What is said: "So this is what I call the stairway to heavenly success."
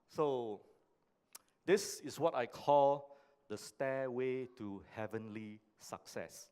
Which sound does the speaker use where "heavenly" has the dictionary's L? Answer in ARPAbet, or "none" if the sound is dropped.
L